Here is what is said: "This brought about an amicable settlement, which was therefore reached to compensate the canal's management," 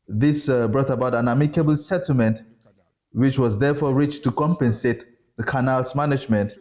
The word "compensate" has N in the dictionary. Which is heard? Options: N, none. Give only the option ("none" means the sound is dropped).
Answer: N